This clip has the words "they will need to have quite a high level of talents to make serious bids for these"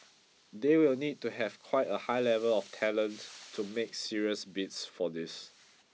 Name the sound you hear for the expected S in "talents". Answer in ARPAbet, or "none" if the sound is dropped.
none